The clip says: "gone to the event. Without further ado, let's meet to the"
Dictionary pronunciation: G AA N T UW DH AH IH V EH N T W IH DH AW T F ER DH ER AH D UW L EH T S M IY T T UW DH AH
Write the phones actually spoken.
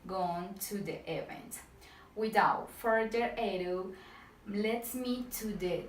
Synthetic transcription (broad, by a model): G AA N T UW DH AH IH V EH N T W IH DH AW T F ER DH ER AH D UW L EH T M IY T T UW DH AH